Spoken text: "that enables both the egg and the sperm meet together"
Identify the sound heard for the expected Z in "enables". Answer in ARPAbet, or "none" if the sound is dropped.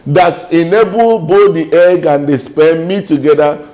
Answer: none